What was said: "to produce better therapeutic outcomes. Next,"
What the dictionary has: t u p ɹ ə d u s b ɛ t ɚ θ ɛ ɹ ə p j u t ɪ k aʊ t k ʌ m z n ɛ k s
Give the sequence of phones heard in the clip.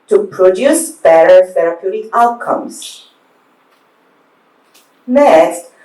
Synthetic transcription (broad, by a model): t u p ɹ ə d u s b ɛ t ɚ f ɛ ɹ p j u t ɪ aʊ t k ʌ m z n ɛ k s